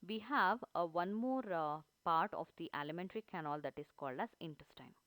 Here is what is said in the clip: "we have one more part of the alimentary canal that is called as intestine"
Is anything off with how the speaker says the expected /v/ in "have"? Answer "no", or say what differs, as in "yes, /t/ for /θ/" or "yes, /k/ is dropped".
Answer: no